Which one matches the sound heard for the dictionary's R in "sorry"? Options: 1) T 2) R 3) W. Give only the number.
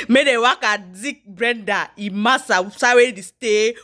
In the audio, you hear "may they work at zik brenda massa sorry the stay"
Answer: 3